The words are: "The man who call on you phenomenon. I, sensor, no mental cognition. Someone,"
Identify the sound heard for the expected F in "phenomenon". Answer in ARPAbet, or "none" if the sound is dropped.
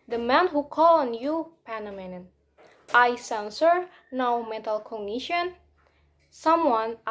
P